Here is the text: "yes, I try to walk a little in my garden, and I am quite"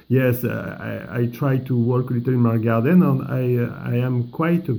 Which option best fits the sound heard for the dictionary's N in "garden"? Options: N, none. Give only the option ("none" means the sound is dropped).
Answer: N